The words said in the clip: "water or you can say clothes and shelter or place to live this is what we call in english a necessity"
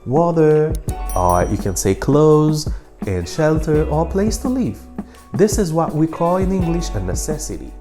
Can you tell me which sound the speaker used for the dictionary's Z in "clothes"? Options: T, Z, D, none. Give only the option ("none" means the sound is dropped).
Z